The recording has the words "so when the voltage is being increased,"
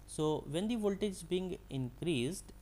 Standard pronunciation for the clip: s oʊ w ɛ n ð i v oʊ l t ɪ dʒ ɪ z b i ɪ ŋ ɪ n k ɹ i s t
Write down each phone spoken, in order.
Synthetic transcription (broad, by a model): s oʊ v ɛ n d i v oʊ l t ɪ dʒ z b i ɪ ŋ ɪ n k ɹ i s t